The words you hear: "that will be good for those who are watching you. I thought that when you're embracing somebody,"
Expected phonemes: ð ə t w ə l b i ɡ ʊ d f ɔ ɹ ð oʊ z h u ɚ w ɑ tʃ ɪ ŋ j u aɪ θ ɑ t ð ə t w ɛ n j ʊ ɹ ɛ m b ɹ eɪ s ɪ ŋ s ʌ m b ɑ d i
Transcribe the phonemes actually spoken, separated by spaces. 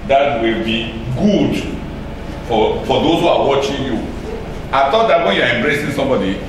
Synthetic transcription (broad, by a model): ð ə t w ə l b i ɡ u d f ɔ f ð oʊ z h u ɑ w ɑ tʃ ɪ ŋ j u aɪ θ ɑ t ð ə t w ɛ n j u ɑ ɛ m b ɹ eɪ s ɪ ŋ s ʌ m b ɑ d i